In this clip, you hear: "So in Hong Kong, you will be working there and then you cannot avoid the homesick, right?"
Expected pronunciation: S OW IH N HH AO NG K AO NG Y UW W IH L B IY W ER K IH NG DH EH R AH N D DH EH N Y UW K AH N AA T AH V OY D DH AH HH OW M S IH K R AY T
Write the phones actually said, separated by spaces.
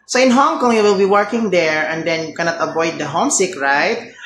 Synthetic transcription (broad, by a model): S OW IH N HH AO NG K AO NG Y UW W IH L B IY W ER K IH NG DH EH R AH N D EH N Y UW K AH N AA T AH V OY D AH HH OW M S IH K R AY T